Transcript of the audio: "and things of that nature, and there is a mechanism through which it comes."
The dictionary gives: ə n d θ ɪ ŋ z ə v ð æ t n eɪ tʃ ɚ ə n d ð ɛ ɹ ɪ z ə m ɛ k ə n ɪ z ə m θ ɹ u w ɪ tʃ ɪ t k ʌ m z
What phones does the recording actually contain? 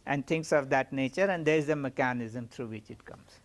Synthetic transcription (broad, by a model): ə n d t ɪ ŋ s ə v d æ t n eɪ tʃ ɚ ə n d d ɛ ɹ ɪ z ə m ɛ k ə n ɪ z ə m t ɹ u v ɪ tʃ ɪ t k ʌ m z